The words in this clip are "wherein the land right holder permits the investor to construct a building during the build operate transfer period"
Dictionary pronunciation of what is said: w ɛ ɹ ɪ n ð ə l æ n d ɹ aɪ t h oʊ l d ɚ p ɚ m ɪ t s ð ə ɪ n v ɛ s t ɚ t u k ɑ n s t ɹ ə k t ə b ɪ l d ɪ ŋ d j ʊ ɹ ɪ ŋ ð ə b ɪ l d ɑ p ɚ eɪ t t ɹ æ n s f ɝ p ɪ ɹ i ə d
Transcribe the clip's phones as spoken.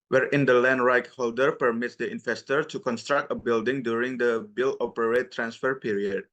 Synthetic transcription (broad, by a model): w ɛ ɹ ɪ n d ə l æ n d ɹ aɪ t h oʊ l d ɚ p ɚ m ɪ t s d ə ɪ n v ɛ s t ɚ t u k ɑ n s t ɹ ə k t ə b ɪ l d ɪ ŋ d j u ɹ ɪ ŋ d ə b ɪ l ɑ p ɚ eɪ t t ɹ æ n s f ɝ p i ɹ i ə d